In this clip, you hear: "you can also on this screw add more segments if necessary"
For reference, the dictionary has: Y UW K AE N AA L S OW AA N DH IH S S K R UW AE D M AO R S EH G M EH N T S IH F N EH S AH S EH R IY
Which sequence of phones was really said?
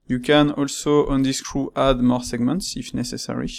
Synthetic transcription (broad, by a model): Y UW K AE N AA L S OW AA N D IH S S K R UW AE D M AO R S EH G M EH N T S IH F N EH S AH S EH R IY